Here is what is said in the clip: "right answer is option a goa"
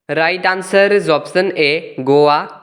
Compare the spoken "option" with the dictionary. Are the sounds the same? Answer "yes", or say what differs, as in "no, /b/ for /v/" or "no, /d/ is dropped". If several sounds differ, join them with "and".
no, /s/ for /ʃ/